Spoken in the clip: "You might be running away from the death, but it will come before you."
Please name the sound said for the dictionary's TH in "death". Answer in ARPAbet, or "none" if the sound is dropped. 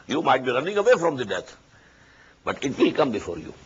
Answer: T